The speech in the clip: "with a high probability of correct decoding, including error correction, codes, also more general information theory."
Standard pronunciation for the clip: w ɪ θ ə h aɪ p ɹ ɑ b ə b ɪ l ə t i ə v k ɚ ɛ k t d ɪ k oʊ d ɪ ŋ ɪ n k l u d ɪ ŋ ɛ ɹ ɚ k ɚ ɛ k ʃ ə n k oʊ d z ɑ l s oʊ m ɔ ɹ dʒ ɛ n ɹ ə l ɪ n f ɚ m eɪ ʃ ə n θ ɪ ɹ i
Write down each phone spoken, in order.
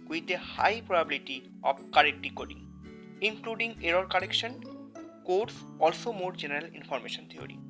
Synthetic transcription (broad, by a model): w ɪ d ə h aɪ p ɹ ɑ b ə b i l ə t i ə b k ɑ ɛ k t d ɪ k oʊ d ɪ ŋ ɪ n k l u d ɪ ŋ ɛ ɹ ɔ k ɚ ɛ k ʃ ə n k oʊ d s ɑ l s oʊ m ɔ ɹ dʒ ɛ n ɹ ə l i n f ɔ m eɪ ʃ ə n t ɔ ɹ i